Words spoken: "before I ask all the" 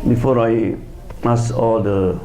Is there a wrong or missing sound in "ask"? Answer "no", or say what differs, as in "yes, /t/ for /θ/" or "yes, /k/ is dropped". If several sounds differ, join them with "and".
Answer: yes, /k/ is dropped